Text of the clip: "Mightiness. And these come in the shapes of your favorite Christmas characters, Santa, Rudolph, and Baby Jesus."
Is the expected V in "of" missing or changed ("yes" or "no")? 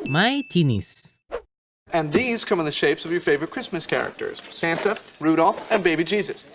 no